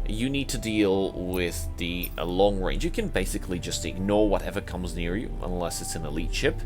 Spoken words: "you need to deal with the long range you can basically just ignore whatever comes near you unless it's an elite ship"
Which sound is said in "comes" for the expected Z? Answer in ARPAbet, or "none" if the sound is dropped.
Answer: Z